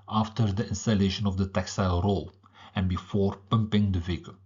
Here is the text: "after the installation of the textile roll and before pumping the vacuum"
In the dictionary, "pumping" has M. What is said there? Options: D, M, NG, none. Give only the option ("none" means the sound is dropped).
M